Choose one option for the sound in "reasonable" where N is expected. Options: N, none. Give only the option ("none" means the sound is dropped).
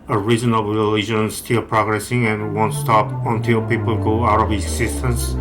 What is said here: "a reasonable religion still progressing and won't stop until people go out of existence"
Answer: none